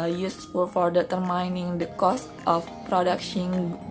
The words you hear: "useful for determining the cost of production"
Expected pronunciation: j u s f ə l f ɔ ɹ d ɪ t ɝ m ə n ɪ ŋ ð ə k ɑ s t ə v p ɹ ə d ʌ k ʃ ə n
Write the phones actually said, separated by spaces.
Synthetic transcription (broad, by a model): j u s f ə l f ɔ ɹ d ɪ t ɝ m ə n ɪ ŋ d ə k ɑ s t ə f p ɹ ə d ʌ k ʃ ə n